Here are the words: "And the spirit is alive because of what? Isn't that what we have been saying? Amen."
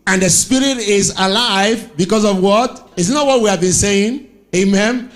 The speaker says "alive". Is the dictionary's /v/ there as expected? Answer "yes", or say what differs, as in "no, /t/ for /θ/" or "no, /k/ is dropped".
yes